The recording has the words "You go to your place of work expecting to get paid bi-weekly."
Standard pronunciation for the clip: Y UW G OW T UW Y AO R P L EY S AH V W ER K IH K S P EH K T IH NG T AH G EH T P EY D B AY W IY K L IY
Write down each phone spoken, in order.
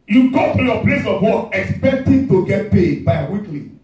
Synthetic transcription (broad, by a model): Y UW G OW T UW Y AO P L EY S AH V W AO IH K S P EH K T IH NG T AH G EH T P EY D B AY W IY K L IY